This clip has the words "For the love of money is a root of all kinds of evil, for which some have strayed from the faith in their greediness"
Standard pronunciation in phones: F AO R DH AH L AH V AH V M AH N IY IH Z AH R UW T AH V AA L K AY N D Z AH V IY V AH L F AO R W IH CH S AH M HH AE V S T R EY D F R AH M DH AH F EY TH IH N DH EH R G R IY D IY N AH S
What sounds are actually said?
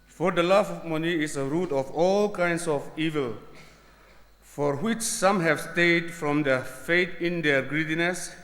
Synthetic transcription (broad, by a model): F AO R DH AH L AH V M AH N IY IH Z AH R UW T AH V AA L K AY N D S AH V IY V AH L F AO R W IH CH S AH M HH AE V S T EY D F R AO M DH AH F EY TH IH N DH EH R G R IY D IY N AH S